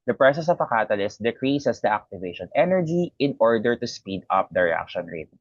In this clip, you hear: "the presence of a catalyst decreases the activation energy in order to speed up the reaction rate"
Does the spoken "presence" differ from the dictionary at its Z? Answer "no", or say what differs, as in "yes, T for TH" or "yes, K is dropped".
yes, S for Z